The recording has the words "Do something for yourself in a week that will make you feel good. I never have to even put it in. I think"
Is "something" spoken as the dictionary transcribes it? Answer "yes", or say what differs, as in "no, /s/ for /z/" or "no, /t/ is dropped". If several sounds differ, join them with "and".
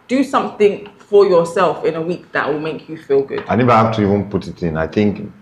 yes